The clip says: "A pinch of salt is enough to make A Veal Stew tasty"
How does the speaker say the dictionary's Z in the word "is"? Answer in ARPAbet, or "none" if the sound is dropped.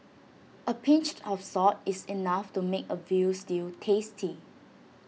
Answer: S